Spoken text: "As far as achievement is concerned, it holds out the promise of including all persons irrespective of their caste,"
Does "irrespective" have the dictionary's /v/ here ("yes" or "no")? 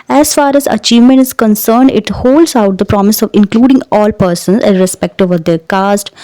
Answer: yes